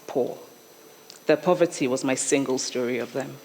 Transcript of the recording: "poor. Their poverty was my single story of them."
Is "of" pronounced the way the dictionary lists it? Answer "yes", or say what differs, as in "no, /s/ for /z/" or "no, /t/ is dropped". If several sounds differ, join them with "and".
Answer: yes